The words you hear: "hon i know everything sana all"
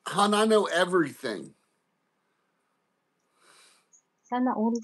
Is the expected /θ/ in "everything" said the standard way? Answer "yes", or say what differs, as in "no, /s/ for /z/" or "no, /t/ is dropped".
yes